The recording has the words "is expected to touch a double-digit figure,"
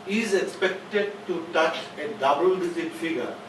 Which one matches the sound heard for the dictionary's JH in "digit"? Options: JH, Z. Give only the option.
Z